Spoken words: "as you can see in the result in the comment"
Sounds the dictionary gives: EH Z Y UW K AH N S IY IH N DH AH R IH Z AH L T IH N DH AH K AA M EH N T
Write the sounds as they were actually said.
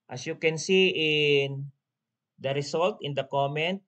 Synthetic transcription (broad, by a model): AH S Y UW K AH N S IY IH N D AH R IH S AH L T IH N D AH K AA M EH N T